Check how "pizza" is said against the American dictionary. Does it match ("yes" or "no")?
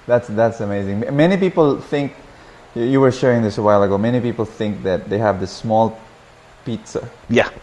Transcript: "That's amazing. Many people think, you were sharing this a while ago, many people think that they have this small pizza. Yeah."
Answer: yes